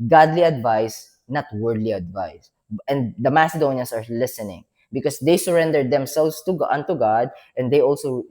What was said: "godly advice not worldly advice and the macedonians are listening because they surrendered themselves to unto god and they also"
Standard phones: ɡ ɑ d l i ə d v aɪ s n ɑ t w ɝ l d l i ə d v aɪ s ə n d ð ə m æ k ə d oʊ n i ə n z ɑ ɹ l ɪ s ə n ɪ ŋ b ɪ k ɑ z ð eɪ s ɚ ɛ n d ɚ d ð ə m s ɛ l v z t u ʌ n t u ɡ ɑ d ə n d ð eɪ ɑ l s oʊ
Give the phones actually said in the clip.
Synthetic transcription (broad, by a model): ɡ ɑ d l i ə d v aɪ s n ɑ t w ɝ d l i ə d v aɪ s ə n d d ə m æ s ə d oʊ n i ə n s ɑ ɹ l ɪ s ə n ɪ ŋ b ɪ k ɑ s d eɪ s ɚ ɛ n d ɚ d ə m s ɛ l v s t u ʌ n t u ɡ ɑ d ə n d eɪ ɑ l s oʊ